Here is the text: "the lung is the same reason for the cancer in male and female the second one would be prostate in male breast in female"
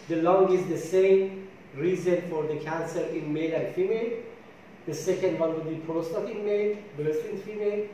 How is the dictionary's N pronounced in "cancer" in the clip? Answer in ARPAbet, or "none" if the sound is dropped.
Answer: N